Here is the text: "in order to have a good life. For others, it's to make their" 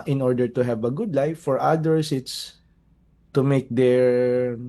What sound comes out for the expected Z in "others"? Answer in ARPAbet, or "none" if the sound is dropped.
S